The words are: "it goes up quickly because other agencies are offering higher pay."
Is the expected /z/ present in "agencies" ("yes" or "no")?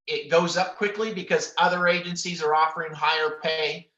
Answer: yes